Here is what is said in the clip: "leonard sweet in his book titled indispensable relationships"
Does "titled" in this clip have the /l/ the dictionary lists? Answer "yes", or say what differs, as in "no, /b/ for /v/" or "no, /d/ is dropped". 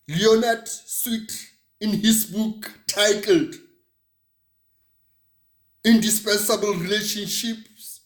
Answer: yes